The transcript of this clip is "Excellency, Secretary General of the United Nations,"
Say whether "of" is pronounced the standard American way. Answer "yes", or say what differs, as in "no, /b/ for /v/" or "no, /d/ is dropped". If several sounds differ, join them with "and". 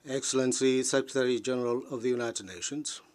yes